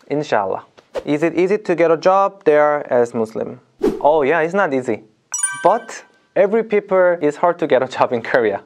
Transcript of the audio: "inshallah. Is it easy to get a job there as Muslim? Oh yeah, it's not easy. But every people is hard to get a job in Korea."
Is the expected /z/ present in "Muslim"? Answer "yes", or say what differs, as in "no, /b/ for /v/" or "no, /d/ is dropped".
no, /s/ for /z/